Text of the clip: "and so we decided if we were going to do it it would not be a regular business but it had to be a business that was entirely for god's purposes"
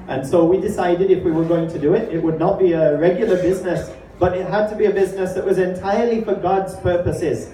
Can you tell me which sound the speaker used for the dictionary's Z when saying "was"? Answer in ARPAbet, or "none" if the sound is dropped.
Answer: Z